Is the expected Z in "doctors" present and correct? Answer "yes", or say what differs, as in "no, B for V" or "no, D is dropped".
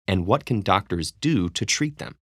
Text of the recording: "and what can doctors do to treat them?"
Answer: yes